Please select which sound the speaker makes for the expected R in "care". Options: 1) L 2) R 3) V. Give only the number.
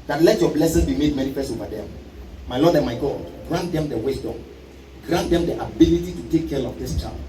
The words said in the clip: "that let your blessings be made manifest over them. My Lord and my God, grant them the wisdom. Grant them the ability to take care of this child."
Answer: 1